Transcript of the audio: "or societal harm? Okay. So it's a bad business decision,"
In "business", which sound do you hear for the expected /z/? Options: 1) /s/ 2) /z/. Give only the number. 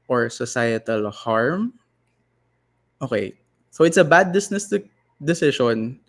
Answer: 1